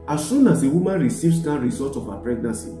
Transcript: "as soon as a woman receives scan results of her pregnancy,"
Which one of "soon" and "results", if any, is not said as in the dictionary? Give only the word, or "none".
results